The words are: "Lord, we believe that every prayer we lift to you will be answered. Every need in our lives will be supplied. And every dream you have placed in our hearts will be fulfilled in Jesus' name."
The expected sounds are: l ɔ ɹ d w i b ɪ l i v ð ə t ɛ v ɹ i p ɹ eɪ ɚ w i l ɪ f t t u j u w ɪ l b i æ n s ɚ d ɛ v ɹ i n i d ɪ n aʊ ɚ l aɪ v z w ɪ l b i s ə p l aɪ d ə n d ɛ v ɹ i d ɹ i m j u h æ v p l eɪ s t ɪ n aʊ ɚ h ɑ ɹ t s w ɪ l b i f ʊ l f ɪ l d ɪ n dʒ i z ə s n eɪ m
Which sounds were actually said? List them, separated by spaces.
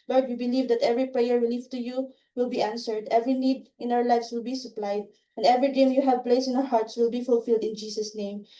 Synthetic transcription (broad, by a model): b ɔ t w i b ɪ l i v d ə t ɛ v ɹ i p ɹ eɪ ɚ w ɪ l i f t t u j u w ɪ l b i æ n s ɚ d ɛ v ɹ i n i d ɪ n aʊ ɚ l aɪ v s w ɪ l b i s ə p l aɪ d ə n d ɛ v ɹ i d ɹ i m j u h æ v p l eɪ s ɪ n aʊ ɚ h ɑ ɹ t s w ɪ l b i f ʊ l f ɪ l d ɪ n dʒ i s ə s n eɪ m